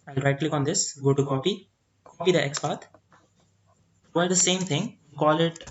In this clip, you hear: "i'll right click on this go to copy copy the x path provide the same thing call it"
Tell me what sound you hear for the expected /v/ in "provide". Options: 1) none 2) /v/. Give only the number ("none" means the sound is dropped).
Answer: 1